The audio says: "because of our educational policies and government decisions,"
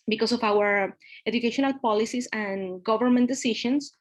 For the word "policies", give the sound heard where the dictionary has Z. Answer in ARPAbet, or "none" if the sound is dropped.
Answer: S